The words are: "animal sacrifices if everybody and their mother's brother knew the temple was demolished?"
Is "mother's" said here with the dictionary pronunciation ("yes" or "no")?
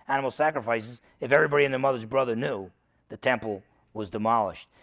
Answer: yes